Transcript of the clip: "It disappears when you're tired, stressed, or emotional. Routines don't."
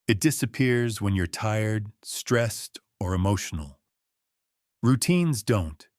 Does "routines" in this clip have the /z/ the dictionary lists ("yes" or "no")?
yes